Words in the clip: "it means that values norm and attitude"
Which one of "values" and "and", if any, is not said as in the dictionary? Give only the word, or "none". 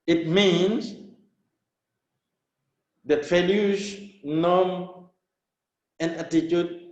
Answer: values